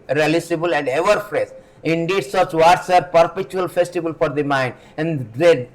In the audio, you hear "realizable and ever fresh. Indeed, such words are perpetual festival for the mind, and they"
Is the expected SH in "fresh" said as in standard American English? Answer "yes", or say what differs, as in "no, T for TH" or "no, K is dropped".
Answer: no, S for SH